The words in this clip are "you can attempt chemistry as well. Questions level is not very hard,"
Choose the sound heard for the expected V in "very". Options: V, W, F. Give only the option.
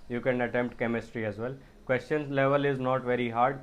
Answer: V